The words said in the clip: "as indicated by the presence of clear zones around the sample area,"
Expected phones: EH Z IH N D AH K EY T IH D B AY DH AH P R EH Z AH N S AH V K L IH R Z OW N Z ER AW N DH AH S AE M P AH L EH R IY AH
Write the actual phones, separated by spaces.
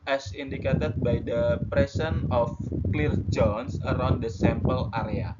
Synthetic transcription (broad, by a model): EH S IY N D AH K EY T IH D B AY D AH P R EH S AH N AH F K L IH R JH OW N S ER AW N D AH S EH M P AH L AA R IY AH